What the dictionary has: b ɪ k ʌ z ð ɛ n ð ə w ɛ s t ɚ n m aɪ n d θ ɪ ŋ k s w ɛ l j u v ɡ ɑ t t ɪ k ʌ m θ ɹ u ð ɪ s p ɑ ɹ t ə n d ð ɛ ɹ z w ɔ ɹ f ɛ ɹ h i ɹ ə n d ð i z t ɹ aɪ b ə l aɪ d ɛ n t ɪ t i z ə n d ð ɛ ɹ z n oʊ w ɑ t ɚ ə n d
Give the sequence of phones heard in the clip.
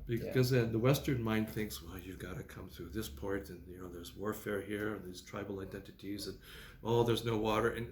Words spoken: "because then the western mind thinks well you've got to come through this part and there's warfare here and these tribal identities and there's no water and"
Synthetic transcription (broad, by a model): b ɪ k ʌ z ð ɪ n ð ə w ɛ s t ɚ n m aɪ n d θ ɪ ŋ k s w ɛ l j u v ɡ ɑ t t ɪ k ʌ m θ ɹ u ð ɪ s p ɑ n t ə n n ð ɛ ɹ z w ɔ ɹ f ɛ ɹ h i ɹ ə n ð i z t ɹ aɪ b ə l aɪ d ɛ n t ɪ t i z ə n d ð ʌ ɹ z n oʊ w ɑ t ɚ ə n